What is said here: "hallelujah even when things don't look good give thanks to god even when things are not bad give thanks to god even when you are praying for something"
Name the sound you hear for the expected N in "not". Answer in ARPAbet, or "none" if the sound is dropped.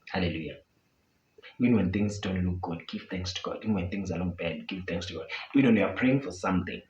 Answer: L